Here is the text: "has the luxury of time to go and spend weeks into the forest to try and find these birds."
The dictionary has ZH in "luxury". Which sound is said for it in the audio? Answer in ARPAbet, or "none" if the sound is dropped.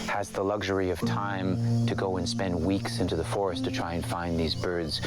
ZH